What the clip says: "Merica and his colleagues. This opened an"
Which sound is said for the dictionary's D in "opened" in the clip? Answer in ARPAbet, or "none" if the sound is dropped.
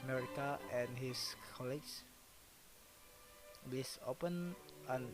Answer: none